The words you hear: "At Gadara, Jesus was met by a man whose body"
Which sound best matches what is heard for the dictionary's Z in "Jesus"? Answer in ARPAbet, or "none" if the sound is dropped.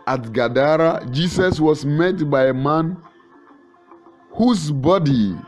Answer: S